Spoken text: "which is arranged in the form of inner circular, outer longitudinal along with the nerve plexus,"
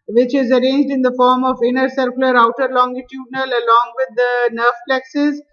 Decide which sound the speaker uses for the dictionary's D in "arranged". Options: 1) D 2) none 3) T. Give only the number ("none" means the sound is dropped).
1